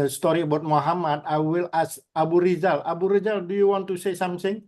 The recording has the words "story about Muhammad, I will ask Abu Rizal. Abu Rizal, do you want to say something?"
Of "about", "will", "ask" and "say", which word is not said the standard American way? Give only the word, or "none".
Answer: ask